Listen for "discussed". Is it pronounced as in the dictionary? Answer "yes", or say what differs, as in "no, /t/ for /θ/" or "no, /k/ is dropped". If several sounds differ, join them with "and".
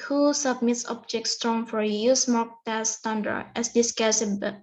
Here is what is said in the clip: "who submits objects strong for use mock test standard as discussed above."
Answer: no, /t/ is dropped